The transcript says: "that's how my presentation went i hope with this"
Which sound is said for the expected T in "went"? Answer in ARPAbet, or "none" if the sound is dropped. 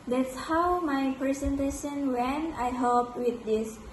none